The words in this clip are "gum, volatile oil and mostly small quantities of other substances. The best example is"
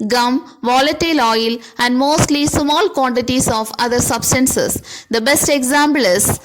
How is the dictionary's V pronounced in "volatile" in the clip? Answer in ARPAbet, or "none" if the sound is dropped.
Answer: V